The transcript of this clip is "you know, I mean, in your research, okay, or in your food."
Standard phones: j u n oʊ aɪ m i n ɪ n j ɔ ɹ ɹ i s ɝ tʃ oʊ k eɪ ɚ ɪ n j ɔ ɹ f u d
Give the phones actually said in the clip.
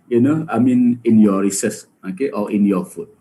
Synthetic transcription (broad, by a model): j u n oʊ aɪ m i n ɪ n j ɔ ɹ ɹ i s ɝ s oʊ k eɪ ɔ ɪ n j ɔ f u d